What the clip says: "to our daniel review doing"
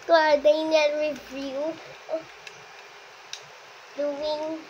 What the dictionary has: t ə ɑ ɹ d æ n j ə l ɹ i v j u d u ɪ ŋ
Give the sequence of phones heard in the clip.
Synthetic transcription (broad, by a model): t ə ɑ ɹ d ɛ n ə n ɹ i v j u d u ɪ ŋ